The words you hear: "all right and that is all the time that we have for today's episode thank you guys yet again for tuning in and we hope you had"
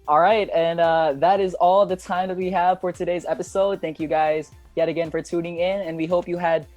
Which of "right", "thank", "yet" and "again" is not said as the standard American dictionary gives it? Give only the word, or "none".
none